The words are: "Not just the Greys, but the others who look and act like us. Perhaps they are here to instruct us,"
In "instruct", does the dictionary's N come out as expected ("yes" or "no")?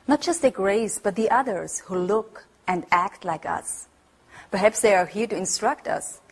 yes